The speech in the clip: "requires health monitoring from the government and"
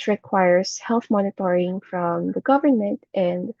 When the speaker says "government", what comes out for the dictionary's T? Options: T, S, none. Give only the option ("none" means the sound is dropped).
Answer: T